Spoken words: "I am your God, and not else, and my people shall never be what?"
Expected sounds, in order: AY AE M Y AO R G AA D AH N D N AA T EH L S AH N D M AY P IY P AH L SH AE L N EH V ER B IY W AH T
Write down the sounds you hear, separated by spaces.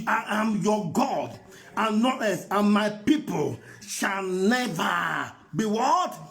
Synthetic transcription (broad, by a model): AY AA M Y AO G AA D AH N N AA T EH S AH N M AY P IY P AH L SH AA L N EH V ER B IY W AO T